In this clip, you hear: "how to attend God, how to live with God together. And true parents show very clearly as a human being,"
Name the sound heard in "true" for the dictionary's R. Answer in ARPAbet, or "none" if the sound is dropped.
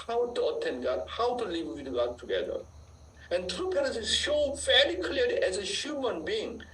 R